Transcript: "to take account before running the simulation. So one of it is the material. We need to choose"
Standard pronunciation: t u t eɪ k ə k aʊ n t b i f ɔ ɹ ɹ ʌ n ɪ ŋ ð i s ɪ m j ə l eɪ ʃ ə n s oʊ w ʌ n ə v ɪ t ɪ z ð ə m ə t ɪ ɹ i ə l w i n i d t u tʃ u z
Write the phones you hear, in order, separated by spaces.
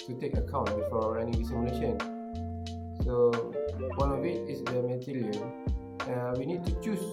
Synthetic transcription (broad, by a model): t u t eɪ k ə k aʊ n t b i f ɔ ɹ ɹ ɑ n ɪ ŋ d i s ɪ m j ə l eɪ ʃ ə n s oʊ w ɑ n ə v ɪ t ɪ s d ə m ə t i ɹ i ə n w i n i d t u tʃ u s